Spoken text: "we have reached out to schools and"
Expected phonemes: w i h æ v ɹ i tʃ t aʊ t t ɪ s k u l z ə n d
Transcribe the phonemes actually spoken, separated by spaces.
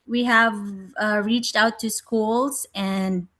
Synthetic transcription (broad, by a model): w i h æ v ɹ i tʃ t aʊ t t ɪ s k u l z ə n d